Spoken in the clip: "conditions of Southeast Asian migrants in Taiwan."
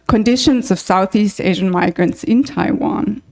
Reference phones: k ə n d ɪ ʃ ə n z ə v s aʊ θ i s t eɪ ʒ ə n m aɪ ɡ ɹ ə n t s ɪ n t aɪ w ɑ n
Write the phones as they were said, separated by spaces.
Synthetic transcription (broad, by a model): k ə n d ɪ ʃ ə n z ə v s aʊ θ i s t eɪ ʒ ə n m aɪ ɡ ɹ ə n t s ɪ n t aɪ w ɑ n